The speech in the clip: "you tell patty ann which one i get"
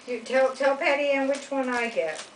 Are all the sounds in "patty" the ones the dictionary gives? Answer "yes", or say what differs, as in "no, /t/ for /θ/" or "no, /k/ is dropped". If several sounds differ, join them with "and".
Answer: yes